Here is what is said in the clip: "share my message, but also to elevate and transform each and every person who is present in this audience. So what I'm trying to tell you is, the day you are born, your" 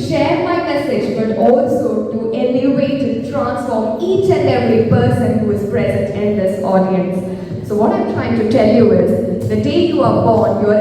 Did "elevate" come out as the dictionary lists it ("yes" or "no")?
no